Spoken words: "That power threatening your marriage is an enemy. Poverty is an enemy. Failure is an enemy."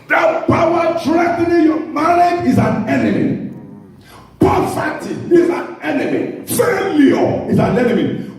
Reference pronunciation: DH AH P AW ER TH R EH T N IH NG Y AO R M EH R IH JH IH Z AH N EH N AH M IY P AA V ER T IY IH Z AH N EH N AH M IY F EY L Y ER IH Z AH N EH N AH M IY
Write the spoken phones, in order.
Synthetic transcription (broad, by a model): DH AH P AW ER T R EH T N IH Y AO M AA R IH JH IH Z AH N EH N AH M IY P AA F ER T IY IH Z AH N EH N AH M IY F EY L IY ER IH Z AH N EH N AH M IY